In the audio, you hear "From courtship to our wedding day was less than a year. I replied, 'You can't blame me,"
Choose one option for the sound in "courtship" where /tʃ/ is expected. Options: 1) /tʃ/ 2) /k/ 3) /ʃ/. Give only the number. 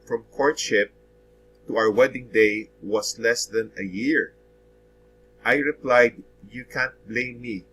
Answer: 1